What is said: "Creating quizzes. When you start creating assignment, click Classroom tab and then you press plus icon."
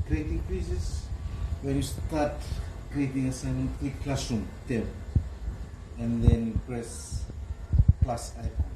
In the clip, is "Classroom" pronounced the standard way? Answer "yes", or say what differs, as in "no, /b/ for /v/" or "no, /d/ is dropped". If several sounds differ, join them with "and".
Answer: no, /ɹ/ is dropped